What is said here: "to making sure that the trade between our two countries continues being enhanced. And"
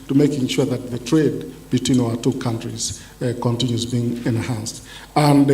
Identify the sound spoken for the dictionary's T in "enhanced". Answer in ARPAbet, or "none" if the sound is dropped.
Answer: T